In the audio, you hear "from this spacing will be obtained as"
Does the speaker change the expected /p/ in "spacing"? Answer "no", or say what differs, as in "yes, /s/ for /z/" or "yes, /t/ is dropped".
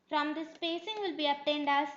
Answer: no